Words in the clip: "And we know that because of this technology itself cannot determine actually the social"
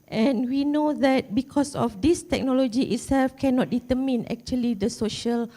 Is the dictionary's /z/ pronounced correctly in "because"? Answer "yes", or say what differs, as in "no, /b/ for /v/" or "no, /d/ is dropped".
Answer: no, /s/ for /z/